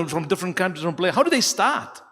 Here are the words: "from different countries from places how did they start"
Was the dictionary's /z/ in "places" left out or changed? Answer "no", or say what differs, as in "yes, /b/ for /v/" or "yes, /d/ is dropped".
yes, /z/ is dropped